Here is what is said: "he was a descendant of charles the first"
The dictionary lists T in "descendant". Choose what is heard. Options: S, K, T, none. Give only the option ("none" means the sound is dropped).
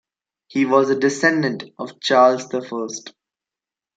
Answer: T